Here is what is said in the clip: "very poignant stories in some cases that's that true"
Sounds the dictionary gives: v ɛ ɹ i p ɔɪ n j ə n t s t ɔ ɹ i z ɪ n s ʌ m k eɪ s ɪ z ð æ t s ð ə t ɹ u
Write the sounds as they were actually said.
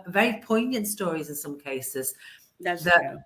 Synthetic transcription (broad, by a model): v ɛ ɹ i p ɔɪ n j ə n t s t ɔ ɹ i z ɪ n s ʌ m k eɪ s ɪ z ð ð ə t